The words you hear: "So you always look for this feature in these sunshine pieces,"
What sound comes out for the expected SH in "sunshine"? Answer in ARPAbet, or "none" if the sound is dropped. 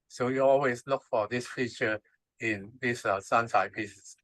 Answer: S